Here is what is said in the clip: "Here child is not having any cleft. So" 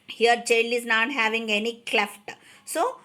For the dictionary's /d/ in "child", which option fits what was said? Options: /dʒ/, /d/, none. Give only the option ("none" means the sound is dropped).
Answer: none